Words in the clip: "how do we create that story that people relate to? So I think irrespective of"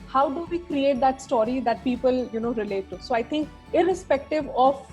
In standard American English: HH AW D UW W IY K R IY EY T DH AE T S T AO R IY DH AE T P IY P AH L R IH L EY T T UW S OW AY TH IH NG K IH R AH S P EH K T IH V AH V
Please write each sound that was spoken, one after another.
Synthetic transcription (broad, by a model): HH AW D UW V IY K R IY EY T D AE T S T AO R IY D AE T P IY P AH L R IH L EY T T UW S OW AY T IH NG K IH R AH S P EH K T IH V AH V